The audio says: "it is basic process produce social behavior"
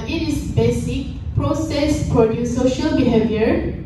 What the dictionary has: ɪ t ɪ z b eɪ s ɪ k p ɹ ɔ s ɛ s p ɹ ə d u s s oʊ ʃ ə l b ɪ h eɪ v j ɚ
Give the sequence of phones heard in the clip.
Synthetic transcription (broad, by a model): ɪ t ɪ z b eɪ s ɪ k p ɹ ɔ s ɛ s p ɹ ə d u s s oʊ ʃ ə l b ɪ h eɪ v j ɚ